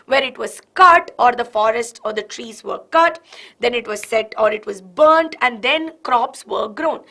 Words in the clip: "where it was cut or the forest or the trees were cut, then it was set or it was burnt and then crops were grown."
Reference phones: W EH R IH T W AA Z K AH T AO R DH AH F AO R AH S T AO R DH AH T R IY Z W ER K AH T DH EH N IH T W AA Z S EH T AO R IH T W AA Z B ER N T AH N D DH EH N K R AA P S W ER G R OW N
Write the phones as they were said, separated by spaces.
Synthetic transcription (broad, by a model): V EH R IH T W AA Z K AH T AO R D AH F AO R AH S T AO R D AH T R IY Z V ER K AH T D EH N IH T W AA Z S EH T AO R IH T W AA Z B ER N T AH N D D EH N K R AA P S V ER G R OW N